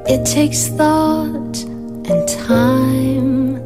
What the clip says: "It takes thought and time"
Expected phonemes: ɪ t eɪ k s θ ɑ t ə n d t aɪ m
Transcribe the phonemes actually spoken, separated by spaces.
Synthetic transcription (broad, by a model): ɪ t eɪ k s θ ɑ t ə n t aɪ m